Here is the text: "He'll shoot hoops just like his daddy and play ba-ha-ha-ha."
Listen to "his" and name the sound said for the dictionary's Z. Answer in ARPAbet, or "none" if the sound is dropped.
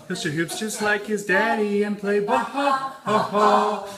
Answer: Z